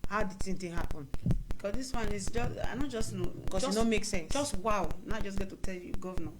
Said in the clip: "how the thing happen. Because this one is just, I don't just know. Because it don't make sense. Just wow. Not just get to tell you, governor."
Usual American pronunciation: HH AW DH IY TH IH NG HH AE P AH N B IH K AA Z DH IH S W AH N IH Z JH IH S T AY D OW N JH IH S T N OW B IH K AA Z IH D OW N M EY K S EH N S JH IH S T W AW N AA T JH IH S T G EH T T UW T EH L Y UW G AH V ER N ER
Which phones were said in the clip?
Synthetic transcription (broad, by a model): HH AW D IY S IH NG HH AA P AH N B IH K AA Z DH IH S W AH N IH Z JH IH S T AY D OW N JH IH S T N OW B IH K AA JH IH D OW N M EY K S EH N S JH IH S T W AW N AA JH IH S G EH T T UW T EH L Y UW G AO V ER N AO